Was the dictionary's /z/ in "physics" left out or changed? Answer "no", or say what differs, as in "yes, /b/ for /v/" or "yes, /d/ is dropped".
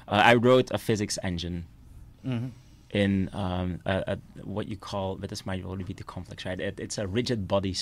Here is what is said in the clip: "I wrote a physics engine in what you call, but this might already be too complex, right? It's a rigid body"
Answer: no